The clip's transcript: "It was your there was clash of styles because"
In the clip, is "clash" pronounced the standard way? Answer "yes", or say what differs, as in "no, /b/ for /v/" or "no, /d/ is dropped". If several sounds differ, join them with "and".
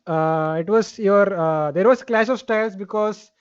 no, /s/ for /ʃ/